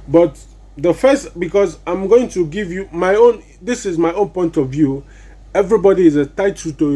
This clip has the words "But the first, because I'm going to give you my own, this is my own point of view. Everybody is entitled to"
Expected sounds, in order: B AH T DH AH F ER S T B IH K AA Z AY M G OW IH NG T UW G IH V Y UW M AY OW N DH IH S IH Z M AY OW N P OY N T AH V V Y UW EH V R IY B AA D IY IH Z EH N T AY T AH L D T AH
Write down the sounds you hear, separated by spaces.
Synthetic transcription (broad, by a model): B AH T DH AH F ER S T B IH K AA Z AY M G OW IH NG T UW G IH V Y UW M AY OW N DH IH S IH Z M AY OW N P OY N T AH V V Y UW EH V R IY B AA D IY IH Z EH T AY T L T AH